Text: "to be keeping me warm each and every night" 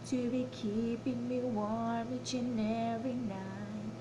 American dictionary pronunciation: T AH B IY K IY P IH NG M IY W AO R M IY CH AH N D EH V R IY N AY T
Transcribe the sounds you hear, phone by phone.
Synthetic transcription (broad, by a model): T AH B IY K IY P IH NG M IY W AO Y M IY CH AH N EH R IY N AY